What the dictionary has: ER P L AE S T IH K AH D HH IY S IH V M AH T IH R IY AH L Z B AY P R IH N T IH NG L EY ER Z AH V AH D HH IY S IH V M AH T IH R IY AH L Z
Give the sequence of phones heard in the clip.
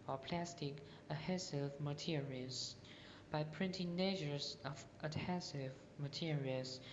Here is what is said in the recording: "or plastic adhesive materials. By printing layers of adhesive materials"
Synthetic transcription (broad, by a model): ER P L AE S T IH K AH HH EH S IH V M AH T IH R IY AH L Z B AY P R IH N T IH NG N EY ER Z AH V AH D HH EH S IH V M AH T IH R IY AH L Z